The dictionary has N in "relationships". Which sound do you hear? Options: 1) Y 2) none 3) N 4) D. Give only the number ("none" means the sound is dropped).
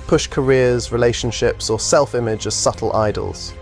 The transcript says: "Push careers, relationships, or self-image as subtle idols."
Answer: 3